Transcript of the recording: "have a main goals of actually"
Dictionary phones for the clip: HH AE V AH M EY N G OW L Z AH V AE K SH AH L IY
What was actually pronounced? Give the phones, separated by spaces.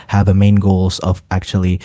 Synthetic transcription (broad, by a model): HH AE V AH M EY N G OW L Z AH V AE K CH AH L IY